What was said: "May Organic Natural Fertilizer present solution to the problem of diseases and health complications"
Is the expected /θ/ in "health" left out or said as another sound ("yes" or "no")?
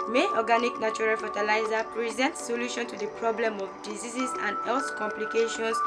yes